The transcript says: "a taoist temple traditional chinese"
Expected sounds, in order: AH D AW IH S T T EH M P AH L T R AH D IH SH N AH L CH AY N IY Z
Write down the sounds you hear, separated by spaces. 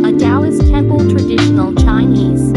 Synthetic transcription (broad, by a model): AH D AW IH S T T EH M P AH L T R AH D IH SH N AH L CH AY N IY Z